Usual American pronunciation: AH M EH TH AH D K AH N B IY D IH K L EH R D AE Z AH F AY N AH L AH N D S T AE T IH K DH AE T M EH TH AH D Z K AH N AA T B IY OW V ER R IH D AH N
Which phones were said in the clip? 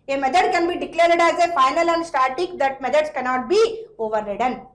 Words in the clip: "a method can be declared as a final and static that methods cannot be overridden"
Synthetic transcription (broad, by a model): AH M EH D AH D K AH N B IY D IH K L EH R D AE Z AH F AY N AH L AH N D S T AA T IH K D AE T M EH T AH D S K AH N AA T B IY OW V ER R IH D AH N